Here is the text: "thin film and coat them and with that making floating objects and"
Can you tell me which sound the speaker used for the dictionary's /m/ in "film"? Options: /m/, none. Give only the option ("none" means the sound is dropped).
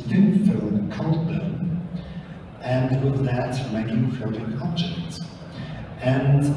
none